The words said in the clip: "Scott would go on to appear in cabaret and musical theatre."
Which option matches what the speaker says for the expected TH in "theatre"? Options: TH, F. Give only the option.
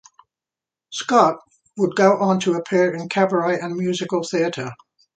TH